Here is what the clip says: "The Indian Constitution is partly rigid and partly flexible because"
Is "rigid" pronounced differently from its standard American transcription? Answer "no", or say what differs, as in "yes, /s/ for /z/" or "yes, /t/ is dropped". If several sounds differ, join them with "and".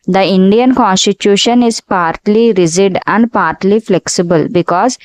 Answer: yes, /z/ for /dʒ/